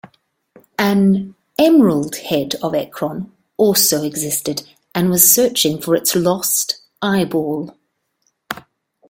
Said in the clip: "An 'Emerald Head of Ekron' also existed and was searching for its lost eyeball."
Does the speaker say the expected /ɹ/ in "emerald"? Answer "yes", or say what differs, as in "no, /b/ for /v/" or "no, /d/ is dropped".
yes